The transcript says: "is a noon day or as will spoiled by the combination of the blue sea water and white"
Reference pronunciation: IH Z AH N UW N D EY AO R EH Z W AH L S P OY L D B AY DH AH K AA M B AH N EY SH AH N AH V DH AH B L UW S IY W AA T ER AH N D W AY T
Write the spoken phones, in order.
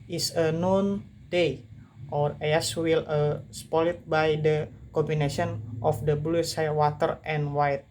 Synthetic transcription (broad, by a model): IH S AH N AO N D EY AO R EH S W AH L S P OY L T B AY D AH K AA M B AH N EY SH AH N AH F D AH B L UW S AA W AA T ER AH N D W AY T